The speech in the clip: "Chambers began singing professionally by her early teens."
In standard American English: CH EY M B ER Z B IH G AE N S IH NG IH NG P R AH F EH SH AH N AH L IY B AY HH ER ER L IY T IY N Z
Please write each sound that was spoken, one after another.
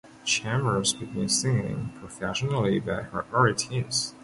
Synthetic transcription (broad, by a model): CH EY M ER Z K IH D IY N S IH NG IH NG P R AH F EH SH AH N L IY B AY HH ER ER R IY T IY Z